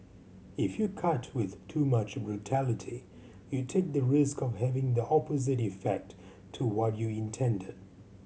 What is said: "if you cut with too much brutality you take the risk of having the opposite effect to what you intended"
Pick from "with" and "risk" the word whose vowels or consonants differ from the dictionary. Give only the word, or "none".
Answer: none